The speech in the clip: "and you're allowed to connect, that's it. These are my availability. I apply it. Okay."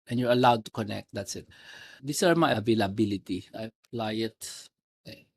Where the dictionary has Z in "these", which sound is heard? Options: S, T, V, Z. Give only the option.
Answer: S